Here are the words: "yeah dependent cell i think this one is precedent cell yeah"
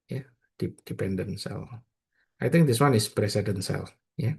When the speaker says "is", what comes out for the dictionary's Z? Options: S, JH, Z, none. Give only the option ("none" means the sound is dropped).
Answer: S